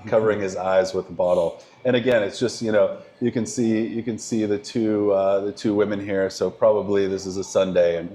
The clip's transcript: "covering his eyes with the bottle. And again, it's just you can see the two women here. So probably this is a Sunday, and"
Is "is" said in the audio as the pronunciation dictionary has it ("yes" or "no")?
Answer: yes